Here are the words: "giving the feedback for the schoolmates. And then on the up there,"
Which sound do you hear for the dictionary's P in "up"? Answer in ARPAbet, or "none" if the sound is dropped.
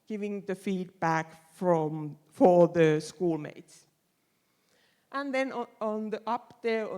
P